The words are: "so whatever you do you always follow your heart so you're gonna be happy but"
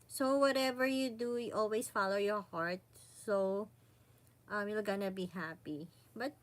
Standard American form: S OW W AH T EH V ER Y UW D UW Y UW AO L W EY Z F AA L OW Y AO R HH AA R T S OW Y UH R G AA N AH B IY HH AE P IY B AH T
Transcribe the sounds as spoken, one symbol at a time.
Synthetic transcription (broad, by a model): S OW W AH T EH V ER Y UW D UW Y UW AO L W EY S F AA L OW Y AO R HH AA R T S OW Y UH L G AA N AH B IY HH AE P IY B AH T